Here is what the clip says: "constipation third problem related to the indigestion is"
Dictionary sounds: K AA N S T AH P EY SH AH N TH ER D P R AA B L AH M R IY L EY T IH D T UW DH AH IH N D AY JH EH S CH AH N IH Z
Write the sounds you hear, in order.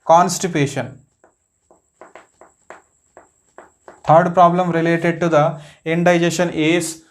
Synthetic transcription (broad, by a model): K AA N S T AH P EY SH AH N T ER D P R AA B L AH M R IY L EY T IH D T UW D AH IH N D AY JH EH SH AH N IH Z